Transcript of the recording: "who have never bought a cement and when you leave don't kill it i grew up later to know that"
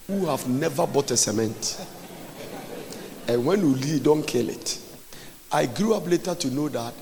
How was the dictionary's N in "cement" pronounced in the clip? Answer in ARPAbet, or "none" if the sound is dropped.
N